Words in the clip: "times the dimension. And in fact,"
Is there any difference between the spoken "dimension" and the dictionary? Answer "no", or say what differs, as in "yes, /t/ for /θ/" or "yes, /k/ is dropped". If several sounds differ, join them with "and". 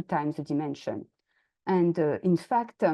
no